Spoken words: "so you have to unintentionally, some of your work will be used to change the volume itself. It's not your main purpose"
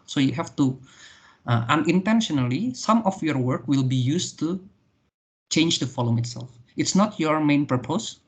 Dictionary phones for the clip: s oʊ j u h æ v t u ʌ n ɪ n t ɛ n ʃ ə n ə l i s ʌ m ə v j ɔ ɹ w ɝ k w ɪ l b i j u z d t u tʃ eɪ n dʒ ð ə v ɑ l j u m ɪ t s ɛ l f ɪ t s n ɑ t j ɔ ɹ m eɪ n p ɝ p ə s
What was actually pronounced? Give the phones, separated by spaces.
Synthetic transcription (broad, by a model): s oʊ j u h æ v t u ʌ n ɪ n t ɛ n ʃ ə n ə l i s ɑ m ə f j ɔ ɹ w ɝ k w ɪ l b i j u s t u tʃ eɪ n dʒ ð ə f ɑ l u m ɪ t s ɛ l f ɪ t s n ɑ t j ɔ ɹ m eɪ n p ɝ p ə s